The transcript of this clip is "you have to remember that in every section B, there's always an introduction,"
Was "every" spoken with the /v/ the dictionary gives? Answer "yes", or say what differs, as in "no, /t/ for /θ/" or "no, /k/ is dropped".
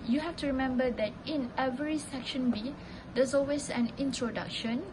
yes